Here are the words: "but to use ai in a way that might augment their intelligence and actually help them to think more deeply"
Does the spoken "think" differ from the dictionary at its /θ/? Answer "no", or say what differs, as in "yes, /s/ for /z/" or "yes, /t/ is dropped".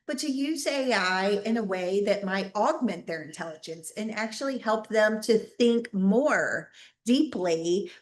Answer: no